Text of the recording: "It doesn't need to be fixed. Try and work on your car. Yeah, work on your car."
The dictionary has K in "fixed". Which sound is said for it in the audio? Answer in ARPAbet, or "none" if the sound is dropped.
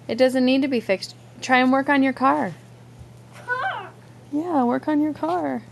K